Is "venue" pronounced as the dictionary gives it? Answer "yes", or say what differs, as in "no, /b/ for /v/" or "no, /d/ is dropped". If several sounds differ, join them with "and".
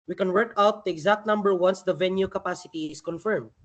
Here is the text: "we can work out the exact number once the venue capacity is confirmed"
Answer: yes